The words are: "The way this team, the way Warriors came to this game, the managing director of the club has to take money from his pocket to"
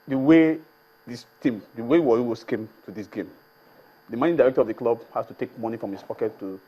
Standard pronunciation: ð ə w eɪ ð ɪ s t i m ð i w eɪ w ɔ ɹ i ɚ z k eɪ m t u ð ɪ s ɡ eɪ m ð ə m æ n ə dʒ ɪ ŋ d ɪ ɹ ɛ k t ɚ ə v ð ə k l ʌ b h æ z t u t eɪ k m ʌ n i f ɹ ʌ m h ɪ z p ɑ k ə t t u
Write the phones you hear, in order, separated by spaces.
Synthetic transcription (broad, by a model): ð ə w eɪ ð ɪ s t i m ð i w eɪ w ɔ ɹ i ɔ s k eɪ m t u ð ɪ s ɡ eɪ m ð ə m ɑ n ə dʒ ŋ d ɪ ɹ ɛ k t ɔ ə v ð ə k l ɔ b h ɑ s t u t eɪ k m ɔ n i f ɹ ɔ m h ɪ s p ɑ k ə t t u